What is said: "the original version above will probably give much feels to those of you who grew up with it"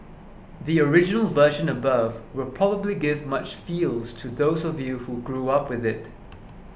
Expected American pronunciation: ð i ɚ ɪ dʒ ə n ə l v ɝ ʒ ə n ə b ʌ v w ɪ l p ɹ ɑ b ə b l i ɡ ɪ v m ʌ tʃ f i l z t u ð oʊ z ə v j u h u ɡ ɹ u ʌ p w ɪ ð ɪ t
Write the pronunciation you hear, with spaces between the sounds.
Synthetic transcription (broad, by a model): ð i ɚ ɪ dʒ ə n ə l v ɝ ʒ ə n ə b ʌ v w ɪ l p ɹ ɑ b ə b l i ɡ ɪ v m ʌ tʃ f i l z t u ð oʊ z ə v j u h u ɡ ɹ u ʌ p w ɪ ð ɪ t